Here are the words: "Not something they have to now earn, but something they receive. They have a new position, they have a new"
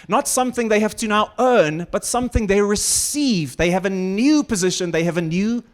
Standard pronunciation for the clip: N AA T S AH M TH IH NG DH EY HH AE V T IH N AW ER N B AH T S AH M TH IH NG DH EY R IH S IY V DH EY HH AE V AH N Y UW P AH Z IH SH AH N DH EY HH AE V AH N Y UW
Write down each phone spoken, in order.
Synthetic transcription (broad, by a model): N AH T S AH M TH IH NG DH EY HH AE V T IH N AW ER N B AH T S AH M TH IH NG DH EY R IH S IY V DH EY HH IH V AH N Y UW P AH Z IH SH AH N DH EY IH V AH N Y UW